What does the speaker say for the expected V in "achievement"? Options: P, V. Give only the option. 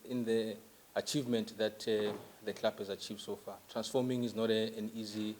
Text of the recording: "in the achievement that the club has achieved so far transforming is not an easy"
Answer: V